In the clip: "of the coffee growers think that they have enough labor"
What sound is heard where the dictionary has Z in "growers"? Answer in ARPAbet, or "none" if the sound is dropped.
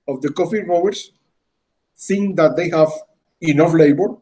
S